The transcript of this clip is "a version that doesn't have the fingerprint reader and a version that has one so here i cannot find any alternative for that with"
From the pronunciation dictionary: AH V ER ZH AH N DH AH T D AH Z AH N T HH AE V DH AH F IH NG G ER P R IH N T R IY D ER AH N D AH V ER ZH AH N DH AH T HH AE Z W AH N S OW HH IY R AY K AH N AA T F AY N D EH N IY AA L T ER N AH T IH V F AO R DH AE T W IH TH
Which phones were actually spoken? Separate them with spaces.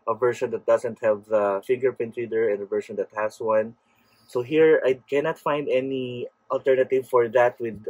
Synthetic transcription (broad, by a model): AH V ER SH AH N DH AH T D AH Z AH N T HH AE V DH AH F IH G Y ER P IH N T R IY D ER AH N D AH V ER SH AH N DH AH T HH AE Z W AH N S OW HH IY R AY K AH N AA T F AY N D EH N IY AA L T ER N AH T IH V F AO R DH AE T W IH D